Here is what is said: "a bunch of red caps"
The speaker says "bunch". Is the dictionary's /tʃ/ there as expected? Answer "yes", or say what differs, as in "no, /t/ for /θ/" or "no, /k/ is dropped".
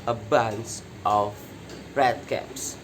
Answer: no, /s/ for /tʃ/